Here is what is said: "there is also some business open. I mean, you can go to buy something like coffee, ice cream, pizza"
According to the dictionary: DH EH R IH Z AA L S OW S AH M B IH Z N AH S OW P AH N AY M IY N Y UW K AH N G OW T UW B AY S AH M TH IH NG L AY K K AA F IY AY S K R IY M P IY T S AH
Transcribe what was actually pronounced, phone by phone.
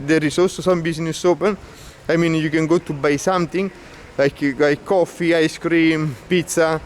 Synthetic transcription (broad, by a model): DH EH R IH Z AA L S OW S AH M B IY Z N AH S OW P AH N AY M IY N Y UW K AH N G OW T UW B AY S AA M T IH NG L AY K K AA F IY AY S K R IY M P IY T S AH